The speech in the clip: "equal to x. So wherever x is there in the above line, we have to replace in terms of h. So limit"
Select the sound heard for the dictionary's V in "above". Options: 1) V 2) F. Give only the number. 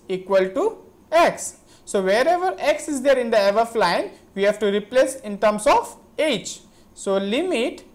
2